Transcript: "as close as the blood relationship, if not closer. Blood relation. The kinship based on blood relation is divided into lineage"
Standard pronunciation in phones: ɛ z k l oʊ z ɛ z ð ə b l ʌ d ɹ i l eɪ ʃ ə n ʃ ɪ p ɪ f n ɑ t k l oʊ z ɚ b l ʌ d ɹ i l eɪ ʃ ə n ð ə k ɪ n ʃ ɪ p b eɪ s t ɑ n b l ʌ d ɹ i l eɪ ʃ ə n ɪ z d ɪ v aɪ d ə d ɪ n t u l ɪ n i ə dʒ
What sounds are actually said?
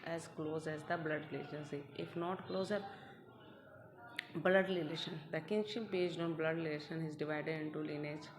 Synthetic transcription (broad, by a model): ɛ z k l oʊ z ɛ z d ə b l ʌ d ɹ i l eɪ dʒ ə n s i ɪ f n ɑ t k l oʊ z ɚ b l ʌ d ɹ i l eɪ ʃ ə n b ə k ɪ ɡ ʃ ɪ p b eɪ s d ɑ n b l ʌ d l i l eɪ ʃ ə n ɪ z d ɪ v aɪ d ə d ɪ n t u l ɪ n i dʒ